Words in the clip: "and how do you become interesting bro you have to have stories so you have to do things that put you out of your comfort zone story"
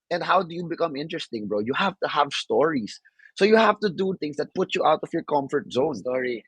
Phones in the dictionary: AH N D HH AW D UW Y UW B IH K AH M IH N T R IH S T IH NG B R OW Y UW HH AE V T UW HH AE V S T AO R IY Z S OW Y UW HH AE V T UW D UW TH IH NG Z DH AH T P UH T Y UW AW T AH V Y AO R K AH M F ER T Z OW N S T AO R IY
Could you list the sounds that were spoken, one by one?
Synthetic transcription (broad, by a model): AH N D HH AW D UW Y UW B IH K AH M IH N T R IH S T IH NG B R OW Y UW HH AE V T UW HH AE V S T AO R IY S OW Y UW HH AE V T UW D UW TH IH NG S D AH T P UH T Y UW AW T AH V Y AO R K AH M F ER T Z OW N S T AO R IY